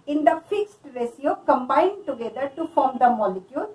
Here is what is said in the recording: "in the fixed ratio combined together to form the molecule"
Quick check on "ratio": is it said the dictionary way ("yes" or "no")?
no